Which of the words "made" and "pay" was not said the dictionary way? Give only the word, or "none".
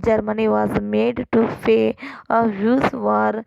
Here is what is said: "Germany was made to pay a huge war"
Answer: pay